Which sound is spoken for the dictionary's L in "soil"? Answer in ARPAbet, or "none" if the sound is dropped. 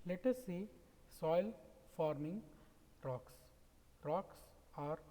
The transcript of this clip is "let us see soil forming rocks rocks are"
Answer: L